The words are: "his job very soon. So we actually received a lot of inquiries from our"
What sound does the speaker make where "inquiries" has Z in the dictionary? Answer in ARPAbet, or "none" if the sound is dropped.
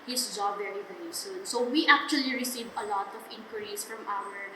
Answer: S